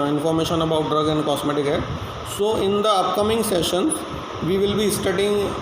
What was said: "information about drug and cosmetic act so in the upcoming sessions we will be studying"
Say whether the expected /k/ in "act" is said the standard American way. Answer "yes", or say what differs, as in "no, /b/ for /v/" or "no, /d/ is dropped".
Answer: no, /k/ is dropped